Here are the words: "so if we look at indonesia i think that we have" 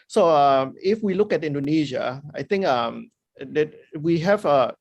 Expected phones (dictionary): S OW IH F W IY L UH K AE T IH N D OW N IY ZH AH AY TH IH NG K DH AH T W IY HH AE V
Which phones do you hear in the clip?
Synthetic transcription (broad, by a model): S OW IH F W IY L UH K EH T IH N D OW N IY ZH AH AY T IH NG K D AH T W IY HH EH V